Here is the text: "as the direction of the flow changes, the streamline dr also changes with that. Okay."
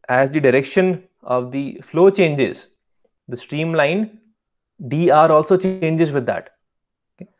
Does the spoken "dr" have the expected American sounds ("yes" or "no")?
no